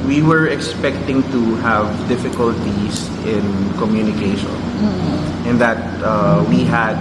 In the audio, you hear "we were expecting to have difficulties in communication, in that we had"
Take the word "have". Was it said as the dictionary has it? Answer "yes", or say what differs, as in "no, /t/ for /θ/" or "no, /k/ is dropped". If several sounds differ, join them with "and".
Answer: yes